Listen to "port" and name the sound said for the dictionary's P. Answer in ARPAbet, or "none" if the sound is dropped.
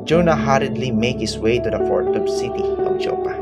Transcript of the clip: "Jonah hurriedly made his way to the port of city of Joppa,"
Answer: F